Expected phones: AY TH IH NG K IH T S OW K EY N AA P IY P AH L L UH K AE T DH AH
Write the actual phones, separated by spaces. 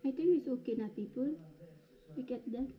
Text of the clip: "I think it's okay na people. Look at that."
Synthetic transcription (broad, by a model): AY T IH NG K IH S OW K EY N AA P IY P AH L W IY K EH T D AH